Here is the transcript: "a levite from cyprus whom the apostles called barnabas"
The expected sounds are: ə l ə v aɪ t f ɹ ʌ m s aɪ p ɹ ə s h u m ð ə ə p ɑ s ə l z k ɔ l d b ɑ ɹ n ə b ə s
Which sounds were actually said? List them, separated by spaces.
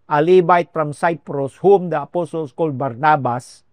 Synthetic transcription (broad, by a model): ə l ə b aɪ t p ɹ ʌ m s aɪ p ɹ ə s h u m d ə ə p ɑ s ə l s k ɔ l b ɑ ɹ n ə b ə s